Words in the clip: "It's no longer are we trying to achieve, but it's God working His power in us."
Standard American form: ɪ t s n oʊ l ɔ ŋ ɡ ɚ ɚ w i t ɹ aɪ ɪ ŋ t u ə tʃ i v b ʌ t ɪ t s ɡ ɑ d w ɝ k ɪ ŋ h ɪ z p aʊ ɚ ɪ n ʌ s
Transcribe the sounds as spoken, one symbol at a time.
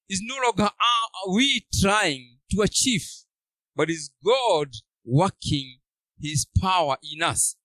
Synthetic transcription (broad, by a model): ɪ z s n oʊ l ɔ ŋ ɡ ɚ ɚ w i t ɹ aɪ ɪ ŋ t u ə tʃ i f b ʌ t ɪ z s ɡ ɑ d w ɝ k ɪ ŋ h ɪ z p aʊ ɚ ɪ n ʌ s